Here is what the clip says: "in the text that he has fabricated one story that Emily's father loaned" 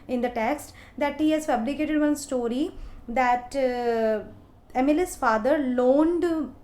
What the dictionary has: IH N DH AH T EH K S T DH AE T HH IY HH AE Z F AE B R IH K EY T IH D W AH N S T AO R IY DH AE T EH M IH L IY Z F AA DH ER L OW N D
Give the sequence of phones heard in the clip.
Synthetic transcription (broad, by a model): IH N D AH T EH K S T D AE T HH IY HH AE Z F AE B L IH K EY T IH D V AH N S T AO R IY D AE T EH M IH L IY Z F AA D ER L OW N D